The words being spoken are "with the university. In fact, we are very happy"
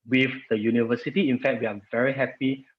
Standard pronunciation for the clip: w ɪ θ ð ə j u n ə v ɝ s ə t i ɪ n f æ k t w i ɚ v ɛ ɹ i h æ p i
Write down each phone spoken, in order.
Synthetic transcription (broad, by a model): w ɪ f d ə j u n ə v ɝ s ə t i ɪ n f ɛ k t w i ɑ v ɛ ɹ i h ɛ p i